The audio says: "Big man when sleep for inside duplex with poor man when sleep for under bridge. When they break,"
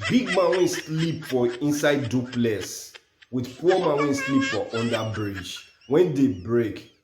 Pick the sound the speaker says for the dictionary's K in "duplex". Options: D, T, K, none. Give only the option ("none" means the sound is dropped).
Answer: none